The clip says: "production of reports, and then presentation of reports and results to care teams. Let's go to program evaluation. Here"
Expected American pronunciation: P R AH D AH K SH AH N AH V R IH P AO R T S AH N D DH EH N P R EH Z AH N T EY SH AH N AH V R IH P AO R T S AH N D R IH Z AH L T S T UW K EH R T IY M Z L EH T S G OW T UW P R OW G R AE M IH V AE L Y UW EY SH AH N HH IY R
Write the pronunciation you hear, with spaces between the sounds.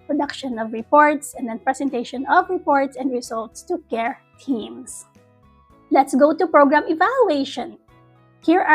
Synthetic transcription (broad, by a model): P R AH D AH K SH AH N AH V R IH P AO R T S AH N D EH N P R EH S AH N T EY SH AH N AH V R IH P AO R T S AH N D R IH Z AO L T S T UW K EH R T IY M S L EH T S G OW T UW P R OW G R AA M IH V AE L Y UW EY SH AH N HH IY R